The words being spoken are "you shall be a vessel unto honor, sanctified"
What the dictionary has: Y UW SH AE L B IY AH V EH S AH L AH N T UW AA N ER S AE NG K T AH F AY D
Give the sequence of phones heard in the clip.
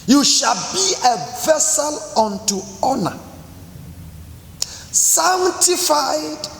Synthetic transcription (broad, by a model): Y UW SH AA L B IY AH V EH S AH L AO N T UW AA N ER S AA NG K T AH F AY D